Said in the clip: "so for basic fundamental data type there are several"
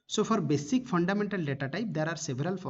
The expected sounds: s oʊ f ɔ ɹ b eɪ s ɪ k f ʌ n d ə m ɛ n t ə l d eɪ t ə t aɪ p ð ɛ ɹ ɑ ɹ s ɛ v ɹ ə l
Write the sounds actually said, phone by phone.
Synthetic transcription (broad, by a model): s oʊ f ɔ ɹ b eɪ s ɪ k p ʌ n d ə m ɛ n t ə l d eɪ t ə t aɪ p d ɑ ɹ ɑ ɹ s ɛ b ɹ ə l